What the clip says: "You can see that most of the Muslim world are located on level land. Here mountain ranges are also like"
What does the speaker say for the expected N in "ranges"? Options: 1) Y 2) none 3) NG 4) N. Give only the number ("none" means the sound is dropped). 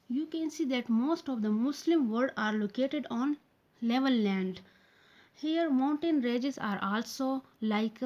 2